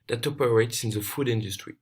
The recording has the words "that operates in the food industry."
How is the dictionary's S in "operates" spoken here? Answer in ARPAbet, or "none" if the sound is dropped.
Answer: S